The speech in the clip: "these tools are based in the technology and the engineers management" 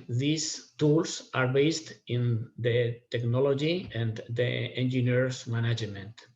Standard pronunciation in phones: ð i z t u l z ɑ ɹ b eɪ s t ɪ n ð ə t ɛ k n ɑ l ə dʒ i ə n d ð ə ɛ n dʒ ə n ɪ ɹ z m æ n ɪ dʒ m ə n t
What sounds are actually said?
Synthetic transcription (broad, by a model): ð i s t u l s ɑ ɹ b eɪ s t ɪ n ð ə t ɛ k n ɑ l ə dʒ i ə n d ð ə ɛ n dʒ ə n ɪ ɹ s m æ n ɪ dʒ m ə n t